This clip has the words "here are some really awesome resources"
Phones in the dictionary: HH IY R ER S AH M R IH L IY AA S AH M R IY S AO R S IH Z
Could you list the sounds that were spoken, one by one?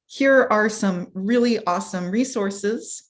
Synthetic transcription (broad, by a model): HH IY R ER S AH M R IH L IY AA S AH M R IY S AO R S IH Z